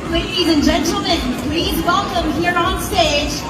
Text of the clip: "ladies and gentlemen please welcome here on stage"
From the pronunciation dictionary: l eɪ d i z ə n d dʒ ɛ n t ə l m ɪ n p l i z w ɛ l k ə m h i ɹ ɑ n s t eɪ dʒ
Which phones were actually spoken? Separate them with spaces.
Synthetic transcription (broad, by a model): l eɪ d i z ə n dʒ ɛ n t l m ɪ n p l i z w ɛ l k ə m h i ɹ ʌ n s t eɪ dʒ